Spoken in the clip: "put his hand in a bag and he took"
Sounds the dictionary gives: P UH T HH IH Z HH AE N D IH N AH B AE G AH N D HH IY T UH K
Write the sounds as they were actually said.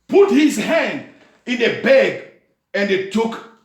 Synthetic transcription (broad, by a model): P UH T HH IH Z HH AE N D IH N AH B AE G AH N D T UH K